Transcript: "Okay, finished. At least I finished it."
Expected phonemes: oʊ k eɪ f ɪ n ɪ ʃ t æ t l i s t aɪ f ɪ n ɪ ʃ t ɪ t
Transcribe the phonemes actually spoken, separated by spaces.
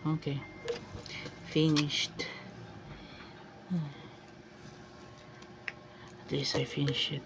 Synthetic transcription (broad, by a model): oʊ k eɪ f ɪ n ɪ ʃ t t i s aɪ f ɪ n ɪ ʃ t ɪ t